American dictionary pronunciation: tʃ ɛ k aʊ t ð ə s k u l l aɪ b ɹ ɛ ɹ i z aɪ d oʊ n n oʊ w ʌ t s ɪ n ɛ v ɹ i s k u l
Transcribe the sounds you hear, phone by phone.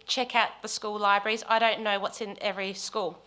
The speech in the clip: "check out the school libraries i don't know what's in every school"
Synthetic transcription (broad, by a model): tʃ ɛ k aʊ t ð ə s k u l l aɪ b ɹ ɛ ɹ i z aɪ d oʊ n n oʊ w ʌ t s ɪ n ɛ v ɹ i s k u l